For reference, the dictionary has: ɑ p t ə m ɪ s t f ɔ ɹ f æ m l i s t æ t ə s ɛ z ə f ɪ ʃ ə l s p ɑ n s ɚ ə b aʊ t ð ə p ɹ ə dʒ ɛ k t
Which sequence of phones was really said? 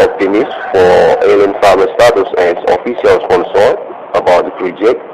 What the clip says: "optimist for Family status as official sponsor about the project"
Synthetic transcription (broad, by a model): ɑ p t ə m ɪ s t f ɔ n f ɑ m i s t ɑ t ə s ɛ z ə f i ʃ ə l s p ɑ n s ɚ ə b aʊ t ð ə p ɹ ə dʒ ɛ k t